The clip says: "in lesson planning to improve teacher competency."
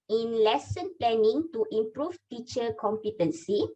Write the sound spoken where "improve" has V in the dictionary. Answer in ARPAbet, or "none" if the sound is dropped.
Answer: F